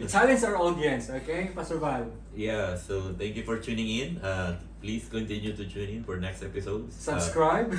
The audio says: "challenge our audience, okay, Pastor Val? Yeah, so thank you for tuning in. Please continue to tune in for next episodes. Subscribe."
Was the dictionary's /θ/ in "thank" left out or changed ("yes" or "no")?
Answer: yes